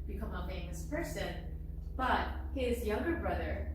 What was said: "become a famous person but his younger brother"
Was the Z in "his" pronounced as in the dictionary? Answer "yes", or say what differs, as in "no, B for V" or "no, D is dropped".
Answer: yes